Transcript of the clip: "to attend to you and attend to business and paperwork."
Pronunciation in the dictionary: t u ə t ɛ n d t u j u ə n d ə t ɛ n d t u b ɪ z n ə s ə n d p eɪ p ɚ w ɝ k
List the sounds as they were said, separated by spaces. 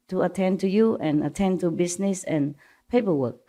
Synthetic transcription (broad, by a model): t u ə t ɛ n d t u j u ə n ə t ɛ n t u b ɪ s n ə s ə n p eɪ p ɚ w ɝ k